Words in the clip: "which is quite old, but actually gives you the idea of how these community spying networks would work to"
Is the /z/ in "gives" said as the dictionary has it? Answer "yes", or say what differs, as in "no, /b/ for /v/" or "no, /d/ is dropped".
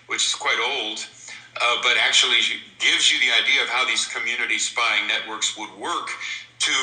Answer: yes